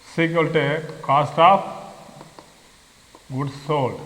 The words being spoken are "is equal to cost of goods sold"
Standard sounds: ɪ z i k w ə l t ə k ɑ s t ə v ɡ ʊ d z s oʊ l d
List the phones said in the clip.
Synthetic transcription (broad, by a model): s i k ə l t ə k ɑ s t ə p ɡ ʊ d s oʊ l